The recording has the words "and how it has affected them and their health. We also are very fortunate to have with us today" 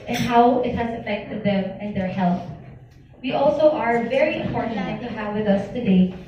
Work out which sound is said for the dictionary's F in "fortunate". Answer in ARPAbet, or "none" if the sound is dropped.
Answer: P